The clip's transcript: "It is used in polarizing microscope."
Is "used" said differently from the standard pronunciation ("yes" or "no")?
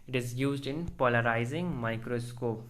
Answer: no